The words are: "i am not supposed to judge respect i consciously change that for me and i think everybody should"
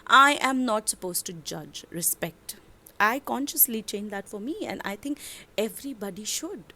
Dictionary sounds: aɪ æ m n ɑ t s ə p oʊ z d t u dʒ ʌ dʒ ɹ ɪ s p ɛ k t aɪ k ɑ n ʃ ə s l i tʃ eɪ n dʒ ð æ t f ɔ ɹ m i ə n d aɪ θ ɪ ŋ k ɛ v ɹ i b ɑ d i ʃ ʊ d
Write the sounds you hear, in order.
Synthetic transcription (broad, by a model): aɪ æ m n ɑ t s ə p oʊ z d t u dʒ ʌ dʒ ɹ ɪ s p ɛ k t aɪ k ɑ n ʃ ə s l i tʃ eɪ n dʒ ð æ t f ɔ ɹ m i ə n d aɪ t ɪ ŋ k ɛ v ɹ i b ɑ d i ʃ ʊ d